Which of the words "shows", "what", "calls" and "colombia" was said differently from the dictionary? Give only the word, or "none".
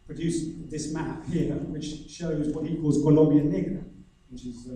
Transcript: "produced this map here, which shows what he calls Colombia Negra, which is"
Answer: none